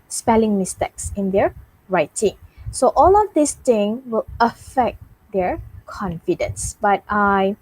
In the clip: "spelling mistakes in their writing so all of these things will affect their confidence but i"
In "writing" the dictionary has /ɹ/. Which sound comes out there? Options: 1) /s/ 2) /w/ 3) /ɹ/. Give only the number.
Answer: 3